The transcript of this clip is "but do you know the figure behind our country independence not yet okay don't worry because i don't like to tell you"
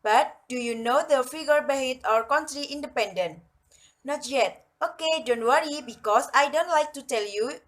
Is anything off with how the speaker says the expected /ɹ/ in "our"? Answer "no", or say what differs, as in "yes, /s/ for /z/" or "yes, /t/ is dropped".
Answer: no